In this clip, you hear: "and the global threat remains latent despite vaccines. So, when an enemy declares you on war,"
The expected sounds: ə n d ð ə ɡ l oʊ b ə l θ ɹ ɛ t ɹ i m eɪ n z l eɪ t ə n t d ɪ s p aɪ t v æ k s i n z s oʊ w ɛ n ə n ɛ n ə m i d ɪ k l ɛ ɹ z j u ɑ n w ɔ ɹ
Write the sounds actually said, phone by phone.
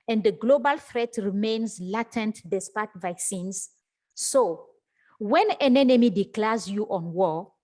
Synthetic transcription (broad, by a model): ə n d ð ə ɡ l oʊ b ə l f ɹ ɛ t ɹ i m eɪ n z l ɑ t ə n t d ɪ s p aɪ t v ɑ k s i n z s oʊ w ɛ n ə n ɛ n ə m i d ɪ k l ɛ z j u ɑ n w ɔ